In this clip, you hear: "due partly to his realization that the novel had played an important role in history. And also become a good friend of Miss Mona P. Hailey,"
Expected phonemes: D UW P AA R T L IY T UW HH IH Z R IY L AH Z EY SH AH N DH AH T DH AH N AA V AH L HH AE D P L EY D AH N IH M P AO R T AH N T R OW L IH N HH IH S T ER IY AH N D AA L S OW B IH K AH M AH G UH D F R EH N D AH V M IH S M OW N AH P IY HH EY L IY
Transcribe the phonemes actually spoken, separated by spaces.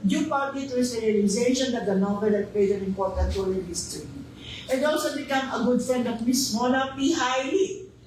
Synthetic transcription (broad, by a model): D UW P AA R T IY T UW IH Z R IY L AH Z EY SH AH N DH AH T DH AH N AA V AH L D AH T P EY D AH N IH M P AO R T AH N T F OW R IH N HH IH S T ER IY AH N D AA L S OW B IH K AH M AH G UH D F R EH N D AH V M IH S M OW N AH P IY HH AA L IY